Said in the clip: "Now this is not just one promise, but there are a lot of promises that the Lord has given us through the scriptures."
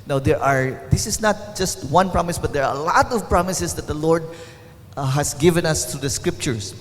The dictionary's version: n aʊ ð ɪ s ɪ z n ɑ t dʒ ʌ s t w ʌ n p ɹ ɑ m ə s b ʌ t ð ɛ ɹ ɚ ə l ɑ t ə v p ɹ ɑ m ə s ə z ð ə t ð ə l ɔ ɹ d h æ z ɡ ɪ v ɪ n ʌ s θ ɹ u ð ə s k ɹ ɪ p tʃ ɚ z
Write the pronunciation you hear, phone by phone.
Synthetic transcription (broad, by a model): n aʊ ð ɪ s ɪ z n ɑ t dʒ ʌ s t w ʌ n p ɹ ɑ m ə s b ʌ t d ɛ ɹ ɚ ə l ɑ t ə v p ɹ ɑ m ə s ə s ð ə t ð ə l ɔ ɹ d h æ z ɡ ɪ v ɪ n ʌ s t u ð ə s k ɹ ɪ p tʃ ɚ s